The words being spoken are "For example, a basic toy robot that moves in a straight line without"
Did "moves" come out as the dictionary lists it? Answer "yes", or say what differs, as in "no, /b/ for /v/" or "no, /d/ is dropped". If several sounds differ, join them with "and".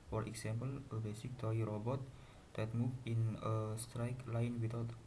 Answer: no, /z/ is dropped